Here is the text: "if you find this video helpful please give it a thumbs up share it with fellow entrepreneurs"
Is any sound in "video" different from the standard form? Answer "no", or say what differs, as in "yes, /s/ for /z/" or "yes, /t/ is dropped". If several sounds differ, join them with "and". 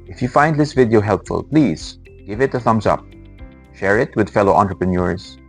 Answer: no